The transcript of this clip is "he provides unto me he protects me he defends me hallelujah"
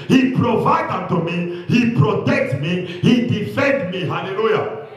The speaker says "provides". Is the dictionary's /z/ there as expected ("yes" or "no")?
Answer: no